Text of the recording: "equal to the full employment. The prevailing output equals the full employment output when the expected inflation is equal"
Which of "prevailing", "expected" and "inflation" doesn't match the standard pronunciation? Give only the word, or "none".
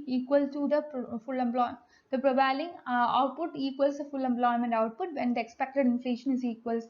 prevailing